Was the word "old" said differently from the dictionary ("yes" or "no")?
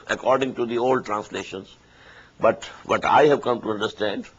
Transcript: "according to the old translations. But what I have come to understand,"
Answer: no